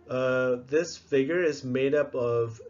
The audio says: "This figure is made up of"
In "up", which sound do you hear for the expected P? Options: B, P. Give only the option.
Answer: P